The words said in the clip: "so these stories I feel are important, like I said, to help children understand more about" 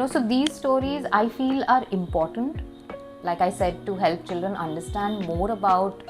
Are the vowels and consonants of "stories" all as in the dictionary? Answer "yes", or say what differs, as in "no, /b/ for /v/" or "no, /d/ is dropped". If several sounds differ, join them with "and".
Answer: yes